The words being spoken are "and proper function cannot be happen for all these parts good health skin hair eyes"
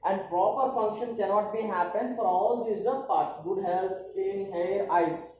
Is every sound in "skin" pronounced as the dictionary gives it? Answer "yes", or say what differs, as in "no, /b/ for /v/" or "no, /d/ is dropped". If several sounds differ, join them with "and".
no, /k/ is dropped